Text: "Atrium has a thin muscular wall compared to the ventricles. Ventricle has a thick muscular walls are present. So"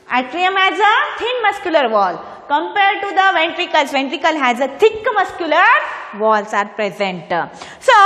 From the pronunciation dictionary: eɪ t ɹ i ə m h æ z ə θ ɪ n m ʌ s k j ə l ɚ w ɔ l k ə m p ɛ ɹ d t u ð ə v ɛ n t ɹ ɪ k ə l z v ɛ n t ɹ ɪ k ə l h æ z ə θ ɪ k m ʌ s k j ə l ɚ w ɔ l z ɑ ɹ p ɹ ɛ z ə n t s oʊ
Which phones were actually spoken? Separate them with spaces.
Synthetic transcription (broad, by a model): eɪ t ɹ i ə m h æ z ə t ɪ n m ʌ s k j ə l ɚ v ɔ l k ə m p ɛ ɹ d t u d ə v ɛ n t ɹ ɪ k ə l s v ɛ n t ɹ ɪ k ə l h æ z ə t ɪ k m ʌ s k j ə l ɚ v ɔ l s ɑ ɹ p ɹ ɛ z ə n t s oʊ